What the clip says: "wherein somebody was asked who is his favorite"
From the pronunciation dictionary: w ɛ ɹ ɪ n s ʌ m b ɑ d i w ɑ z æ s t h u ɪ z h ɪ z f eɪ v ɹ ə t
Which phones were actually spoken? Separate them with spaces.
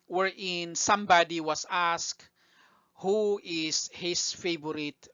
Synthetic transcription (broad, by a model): w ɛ ɹ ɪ n s ʌ m b ɑ d i w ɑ s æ s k h u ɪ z h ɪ s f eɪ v ɹ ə t